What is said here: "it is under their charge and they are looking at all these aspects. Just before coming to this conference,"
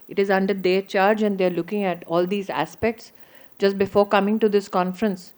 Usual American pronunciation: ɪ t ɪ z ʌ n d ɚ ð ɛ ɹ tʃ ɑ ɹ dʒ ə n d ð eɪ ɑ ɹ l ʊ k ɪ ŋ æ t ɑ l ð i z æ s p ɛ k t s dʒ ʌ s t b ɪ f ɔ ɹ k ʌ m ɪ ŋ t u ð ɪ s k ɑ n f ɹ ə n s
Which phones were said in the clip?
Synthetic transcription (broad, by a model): ɪ t ɪ z ʌ n d ɚ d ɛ ɹ tʃ ɑ ɹ dʒ ə n d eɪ ɹ l ʊ k ɪ ŋ æ t ɑ l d i z æ s p ɛ k t s dʒ ʌ s t b ɪ f ɔ ɹ k ʌ m ɪ ŋ t u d ɪ s k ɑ n f ɹ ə n s